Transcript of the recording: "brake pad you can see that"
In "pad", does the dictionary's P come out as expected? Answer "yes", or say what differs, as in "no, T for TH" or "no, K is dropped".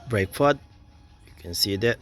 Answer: no, F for P